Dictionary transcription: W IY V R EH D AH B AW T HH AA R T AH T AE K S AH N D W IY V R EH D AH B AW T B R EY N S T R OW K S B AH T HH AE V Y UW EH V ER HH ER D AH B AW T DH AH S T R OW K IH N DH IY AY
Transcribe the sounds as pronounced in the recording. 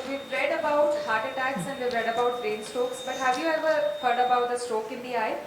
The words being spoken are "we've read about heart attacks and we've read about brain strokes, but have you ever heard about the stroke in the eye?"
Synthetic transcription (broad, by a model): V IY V R EH D AH B AW T HH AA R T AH T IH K S AH N D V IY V R EH D AH B AW T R EY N S T OW K S B AH T HH AE V Y UW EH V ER HH ER D AH B AW T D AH S T R OW K IH N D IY AY